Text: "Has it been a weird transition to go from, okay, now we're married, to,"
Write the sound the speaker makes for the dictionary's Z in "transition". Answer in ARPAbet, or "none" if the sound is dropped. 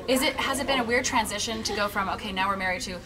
Z